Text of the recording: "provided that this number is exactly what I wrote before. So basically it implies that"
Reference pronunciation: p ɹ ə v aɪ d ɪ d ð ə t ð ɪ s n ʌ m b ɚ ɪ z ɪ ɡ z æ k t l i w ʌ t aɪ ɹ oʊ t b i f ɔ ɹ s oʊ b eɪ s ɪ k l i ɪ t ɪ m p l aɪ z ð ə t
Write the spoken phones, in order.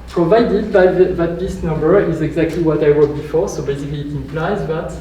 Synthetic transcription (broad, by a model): p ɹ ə v aɪ d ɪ d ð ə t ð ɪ s n ʌ m b ɚ ɪ z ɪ ɡ z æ k t l i w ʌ t aɪ w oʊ b i f ɔ ɹ s oʊ b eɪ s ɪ k l i t ɪ m p l aɪ z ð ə t